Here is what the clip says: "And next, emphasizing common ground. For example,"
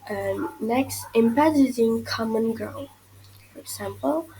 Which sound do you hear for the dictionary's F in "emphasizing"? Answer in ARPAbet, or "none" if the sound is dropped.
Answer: P